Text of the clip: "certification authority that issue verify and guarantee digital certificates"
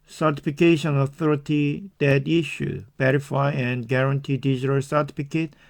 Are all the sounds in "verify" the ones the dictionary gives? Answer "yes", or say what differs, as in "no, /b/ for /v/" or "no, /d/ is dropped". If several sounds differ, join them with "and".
no, /b/ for /v/